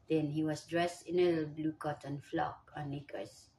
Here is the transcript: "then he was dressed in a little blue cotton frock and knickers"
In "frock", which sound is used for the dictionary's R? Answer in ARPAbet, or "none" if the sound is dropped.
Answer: L